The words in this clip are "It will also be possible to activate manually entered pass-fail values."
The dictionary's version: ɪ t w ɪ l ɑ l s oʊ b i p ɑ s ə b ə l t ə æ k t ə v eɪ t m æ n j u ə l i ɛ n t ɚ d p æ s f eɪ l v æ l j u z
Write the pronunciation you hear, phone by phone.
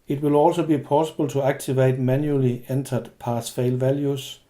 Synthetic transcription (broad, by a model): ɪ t w ɪ l ɑ l s oʊ b i p ɑ s ə b ə l s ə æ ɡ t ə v eɪ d m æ n j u l i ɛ n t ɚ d p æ s f eɪ l v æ l j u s